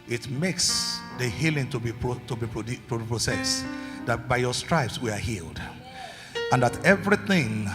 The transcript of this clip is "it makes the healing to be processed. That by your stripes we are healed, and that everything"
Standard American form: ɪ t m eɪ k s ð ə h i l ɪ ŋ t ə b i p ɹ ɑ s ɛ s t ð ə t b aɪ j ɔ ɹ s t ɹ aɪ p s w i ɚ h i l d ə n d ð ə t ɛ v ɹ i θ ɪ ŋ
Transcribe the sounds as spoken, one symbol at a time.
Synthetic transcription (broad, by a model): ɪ t m eɪ k s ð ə h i l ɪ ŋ t ə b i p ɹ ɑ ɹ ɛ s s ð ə t b aɪ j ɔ s t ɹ aɪ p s w i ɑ h i l d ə n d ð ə t ɛ v ɹ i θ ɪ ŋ